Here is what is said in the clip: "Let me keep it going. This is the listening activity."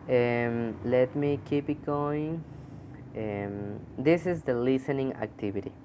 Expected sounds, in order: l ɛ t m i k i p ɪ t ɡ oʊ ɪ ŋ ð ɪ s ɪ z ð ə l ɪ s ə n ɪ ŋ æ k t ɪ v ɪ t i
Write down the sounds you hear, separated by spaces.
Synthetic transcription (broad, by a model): l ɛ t m i k i p ɪ t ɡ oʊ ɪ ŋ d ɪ s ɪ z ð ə l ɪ s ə n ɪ ŋ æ k t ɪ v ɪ t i